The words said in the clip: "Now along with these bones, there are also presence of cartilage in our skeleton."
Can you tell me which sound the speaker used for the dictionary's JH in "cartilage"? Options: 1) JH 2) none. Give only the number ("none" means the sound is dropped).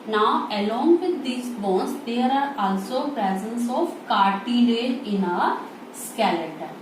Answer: 2